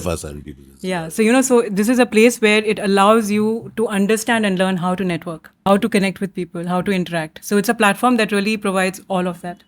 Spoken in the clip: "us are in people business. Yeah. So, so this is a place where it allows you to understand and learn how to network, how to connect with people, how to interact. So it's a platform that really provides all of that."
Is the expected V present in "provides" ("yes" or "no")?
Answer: yes